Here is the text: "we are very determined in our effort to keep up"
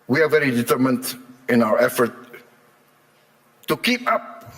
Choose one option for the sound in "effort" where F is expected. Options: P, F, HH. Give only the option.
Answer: F